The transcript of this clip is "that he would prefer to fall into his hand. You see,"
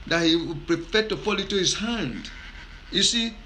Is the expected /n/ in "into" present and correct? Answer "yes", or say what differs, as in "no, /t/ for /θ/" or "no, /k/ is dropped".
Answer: no, /n/ is dropped